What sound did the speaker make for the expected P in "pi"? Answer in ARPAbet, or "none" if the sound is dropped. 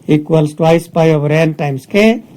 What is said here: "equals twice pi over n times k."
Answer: P